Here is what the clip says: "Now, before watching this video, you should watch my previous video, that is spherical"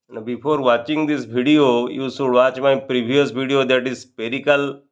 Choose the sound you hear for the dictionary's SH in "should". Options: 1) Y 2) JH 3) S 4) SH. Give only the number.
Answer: 3